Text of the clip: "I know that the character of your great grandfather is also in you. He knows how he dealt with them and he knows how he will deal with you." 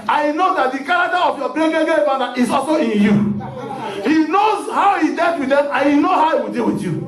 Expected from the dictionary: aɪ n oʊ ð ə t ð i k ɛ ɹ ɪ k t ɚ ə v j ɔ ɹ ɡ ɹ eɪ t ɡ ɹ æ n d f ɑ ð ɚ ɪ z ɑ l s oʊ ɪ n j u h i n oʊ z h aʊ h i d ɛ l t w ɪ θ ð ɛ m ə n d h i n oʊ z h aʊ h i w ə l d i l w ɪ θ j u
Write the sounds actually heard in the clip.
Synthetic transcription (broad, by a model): aɪ n oʊ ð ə t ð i k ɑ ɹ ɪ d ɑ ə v j ɔ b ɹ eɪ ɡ ɛ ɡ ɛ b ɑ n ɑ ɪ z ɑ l s oʊ ɪ n j u h i n oʊ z h aʊ h i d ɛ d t w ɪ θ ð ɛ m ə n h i n oʊ h aʊ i w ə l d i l w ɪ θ j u